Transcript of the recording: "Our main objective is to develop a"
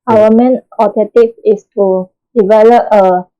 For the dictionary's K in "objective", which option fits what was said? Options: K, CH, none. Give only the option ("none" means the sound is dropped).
none